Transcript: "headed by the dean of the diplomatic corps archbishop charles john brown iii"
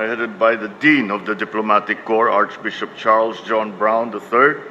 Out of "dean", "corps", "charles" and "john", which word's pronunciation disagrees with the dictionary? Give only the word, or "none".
none